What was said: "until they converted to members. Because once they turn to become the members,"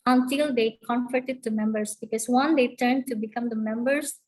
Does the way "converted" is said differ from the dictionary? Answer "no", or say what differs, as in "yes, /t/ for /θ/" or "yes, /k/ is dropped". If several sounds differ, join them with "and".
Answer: yes, /f/ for /v/